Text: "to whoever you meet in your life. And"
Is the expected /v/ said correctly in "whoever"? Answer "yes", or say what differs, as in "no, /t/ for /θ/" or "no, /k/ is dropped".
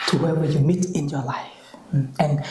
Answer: no, /w/ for /v/